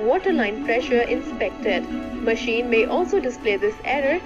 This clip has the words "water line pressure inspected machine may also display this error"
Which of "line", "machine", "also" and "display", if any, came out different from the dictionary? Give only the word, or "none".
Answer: none